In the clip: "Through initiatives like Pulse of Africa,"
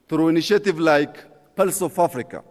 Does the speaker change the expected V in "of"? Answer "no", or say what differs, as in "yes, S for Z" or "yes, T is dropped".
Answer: yes, F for V